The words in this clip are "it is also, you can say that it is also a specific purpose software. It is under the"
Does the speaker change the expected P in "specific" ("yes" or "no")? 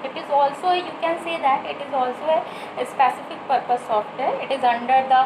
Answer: no